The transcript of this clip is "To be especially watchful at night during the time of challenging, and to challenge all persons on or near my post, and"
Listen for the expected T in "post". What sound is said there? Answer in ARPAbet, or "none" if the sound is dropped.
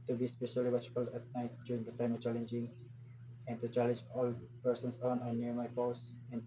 none